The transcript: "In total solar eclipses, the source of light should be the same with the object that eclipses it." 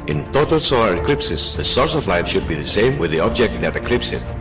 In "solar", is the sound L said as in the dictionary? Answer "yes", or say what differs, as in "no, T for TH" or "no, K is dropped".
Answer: yes